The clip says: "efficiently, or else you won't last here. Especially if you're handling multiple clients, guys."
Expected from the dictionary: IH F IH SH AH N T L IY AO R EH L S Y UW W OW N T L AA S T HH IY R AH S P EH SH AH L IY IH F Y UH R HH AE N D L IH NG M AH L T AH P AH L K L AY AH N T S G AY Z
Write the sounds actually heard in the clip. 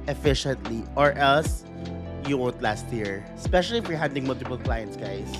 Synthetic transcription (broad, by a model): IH F IH SH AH N T L IY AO R EH L S Y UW W OW N T L AA S T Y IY R AH S P EH SH AH L IY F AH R HH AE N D IH NG M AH L T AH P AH L K L AY AH N T S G AY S